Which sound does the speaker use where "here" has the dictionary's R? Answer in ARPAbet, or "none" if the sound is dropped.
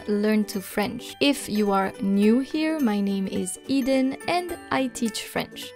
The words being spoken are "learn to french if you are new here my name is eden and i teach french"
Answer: R